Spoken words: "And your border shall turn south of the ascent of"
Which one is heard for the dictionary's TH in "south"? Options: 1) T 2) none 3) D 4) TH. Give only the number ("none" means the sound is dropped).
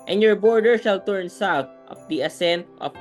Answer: 1